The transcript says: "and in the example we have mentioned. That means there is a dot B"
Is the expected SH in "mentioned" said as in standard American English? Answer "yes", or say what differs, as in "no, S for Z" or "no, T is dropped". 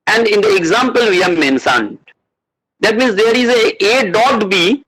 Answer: no, S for SH